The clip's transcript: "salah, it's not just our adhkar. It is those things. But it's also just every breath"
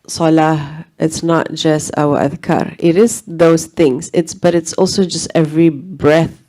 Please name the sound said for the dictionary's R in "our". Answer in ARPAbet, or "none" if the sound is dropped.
W